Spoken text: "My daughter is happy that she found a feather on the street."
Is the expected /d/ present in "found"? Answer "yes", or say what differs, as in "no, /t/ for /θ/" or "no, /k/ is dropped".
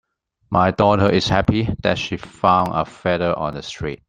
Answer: no, /d/ is dropped